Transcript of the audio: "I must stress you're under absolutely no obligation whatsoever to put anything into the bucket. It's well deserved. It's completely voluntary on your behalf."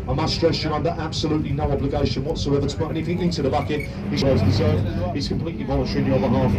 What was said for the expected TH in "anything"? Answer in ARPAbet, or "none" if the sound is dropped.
F